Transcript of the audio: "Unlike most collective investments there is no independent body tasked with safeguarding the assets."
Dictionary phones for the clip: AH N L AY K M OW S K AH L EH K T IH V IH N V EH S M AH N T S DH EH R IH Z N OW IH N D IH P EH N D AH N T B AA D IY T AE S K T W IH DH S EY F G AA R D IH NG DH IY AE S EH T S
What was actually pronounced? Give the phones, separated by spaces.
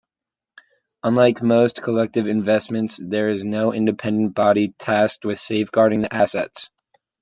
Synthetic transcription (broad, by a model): AH N L AY K M OW S K AH L EH K T IH V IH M V EH S M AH N T S DH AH R IH Z N OW IH N D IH P EH N D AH N B AA D IY T AE S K T W IH DH S EY F G AA R D IH NG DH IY AE S EH T S